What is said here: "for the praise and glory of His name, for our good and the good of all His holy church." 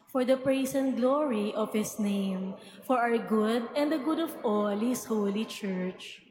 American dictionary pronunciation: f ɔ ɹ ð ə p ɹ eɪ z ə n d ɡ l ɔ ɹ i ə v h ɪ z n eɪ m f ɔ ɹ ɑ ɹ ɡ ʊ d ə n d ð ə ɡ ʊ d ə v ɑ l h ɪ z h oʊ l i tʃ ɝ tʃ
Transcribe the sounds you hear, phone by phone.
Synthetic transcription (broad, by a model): f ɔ ɹ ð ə p ɹ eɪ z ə n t ɡ l ɔ ɹ i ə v h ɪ s n eɪ m f ɔ ɹ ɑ w ɡ ʊ d ə n d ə ɡ ʊ d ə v ɑ l h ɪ s h oʊ l i tʃ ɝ tʃ